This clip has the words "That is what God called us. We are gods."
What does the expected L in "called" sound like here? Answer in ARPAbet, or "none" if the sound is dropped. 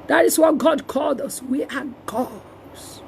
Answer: L